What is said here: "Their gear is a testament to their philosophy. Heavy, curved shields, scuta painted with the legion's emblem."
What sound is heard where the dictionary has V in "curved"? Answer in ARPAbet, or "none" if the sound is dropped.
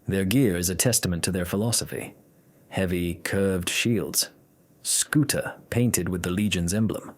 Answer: V